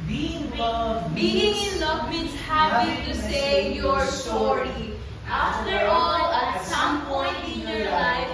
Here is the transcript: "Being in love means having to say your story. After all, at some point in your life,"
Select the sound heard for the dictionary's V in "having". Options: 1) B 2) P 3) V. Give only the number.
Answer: 2